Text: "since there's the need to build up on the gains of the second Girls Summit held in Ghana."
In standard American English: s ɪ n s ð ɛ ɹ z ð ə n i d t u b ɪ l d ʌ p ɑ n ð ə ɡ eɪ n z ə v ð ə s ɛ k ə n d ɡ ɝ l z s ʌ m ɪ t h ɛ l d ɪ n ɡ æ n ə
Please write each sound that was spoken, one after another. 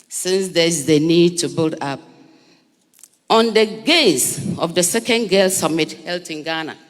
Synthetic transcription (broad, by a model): s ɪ n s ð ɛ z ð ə n i d t u b ɪ l d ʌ p ɑ n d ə ɡ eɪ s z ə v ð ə s ɛ k ə n d ɡ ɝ l s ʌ m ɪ t h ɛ l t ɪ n ɡ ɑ n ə